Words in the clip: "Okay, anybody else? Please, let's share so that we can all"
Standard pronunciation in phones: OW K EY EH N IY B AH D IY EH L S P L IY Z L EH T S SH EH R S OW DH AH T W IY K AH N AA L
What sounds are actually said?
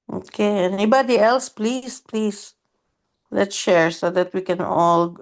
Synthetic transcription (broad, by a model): OW K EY EH N IY B AH D IY EH L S P L IY S L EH T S SH EH R S OW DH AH T W IY K AH N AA L